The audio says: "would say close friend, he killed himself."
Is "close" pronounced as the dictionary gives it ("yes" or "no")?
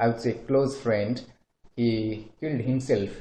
yes